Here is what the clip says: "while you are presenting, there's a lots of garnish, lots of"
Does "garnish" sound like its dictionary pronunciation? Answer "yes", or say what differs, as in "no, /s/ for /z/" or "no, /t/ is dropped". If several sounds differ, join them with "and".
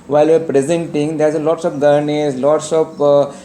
no, /s/ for /ʃ/